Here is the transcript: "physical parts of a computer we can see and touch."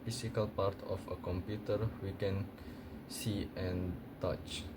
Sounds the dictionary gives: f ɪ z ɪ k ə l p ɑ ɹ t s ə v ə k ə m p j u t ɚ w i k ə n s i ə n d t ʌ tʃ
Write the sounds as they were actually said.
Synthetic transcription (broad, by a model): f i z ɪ k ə l p ɑ ɹ t ə f ə k ə m p j u t ɚ w i k ə n s i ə n t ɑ tʃ